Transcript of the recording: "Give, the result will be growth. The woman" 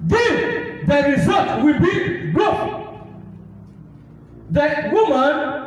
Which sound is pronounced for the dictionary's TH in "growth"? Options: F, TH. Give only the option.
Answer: F